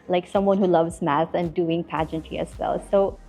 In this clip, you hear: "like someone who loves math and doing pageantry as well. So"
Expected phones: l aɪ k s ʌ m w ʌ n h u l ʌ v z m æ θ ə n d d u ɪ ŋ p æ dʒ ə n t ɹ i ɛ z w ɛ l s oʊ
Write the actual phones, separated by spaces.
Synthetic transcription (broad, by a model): l aɪ k s ʌ m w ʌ n h u l ʌ v z m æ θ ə n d d u ɪ ŋ p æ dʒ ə n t i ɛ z w ɛ l s oʊ